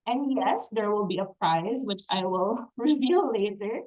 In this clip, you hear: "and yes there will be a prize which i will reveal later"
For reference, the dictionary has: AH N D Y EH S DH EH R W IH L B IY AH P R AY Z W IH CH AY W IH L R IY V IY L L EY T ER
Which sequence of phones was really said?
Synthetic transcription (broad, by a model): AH N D Y EH S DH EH R W IH L B IY AH P R AY Z W IH CH AY W IH L R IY V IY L L EY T ER